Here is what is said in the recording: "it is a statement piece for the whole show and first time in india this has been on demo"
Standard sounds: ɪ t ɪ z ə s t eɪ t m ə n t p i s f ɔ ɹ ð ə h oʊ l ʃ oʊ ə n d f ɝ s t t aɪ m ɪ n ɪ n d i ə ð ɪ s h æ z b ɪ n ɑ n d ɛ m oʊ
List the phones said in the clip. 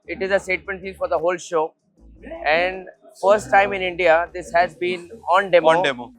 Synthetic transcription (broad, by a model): ɪ t ɪ z ə s t eɪ t m ə n t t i f ɔ ɹ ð ə h oʊ l ʃ oʊ ə n d f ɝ s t t aɪ m ɪ n ɪ n d i ə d ɪ s h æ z b ɪ n ɑ n d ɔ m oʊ